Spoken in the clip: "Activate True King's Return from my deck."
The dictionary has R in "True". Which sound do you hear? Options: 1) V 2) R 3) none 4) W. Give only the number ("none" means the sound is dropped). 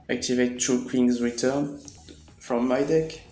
3